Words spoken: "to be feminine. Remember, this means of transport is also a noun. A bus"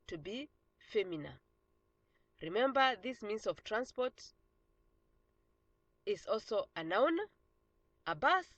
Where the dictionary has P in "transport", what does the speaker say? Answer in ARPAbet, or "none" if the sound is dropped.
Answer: P